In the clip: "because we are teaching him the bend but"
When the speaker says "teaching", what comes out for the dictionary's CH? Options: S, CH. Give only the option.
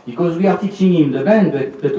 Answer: S